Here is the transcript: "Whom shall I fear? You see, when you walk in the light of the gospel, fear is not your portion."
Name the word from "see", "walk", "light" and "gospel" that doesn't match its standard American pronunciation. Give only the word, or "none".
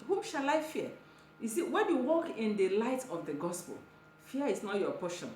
none